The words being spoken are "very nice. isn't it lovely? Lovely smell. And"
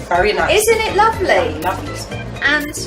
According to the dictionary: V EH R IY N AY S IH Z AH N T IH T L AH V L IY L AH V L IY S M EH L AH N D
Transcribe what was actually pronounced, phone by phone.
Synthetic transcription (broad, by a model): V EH R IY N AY IH Z AH N T IH T L AH V L IY L AH V L IY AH N